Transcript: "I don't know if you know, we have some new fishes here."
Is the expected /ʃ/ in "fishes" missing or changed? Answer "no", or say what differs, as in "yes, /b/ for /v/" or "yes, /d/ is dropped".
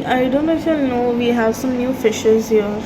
no